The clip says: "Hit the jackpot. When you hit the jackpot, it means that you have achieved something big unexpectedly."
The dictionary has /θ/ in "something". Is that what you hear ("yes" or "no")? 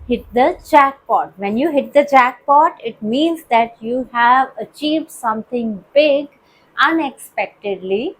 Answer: no